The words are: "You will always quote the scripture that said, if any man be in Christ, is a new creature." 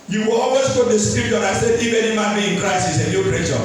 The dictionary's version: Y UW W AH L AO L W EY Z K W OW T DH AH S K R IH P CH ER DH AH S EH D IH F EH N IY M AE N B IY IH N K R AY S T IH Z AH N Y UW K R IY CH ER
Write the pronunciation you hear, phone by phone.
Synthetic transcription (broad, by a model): Y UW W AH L AO L W EY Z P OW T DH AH S K R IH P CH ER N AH S EH D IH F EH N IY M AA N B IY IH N K R AY S IH S AH N Y UW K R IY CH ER